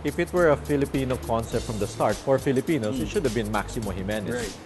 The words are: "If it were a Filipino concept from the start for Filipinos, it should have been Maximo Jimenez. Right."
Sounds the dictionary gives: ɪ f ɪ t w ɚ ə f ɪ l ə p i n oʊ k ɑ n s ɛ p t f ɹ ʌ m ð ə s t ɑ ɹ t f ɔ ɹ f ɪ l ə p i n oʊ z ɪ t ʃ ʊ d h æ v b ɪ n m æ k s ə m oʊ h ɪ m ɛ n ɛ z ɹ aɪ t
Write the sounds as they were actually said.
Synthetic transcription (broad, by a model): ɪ f ɪ t w ɚ ə f ɪ l ə p i n oʊ k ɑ n s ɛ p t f ɹ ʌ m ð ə s t ɑ ɹ t f ɔ ɹ f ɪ l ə p i n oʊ s ɪ t ʃ ʊ d h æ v b ɪ n m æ k s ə m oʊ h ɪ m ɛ n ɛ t